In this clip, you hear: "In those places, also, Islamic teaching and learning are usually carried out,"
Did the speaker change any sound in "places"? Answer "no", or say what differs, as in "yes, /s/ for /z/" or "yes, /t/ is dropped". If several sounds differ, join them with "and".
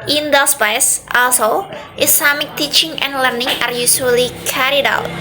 yes, /l/ is dropped